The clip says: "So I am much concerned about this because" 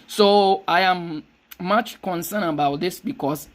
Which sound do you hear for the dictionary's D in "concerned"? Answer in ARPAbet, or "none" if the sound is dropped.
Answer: none